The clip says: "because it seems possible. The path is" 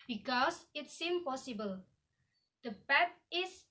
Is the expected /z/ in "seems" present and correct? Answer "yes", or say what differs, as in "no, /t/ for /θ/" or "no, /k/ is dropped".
no, /z/ is dropped